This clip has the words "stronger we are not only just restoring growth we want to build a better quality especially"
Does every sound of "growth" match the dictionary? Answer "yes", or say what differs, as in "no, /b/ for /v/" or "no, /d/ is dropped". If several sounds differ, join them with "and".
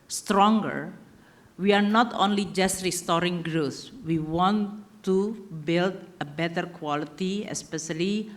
no, /s/ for /θ/